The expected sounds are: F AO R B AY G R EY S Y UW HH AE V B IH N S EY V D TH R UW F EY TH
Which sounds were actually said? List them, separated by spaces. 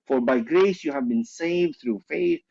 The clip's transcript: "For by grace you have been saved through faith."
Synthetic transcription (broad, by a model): F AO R B AY G R EY S Y UW HH AE V B IH N S EY V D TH R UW F EY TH